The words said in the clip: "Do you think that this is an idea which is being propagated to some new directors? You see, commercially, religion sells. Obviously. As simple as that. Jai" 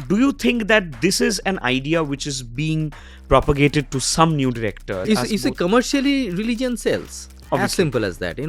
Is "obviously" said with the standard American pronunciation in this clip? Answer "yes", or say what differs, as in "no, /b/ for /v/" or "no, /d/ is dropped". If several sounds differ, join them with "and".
no, /l/ is dropped